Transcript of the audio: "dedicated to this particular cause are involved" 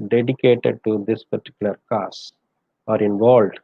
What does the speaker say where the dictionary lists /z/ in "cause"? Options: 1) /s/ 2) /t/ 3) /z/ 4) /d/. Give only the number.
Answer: 1